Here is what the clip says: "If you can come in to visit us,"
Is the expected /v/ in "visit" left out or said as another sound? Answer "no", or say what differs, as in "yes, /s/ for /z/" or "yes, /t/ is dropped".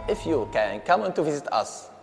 no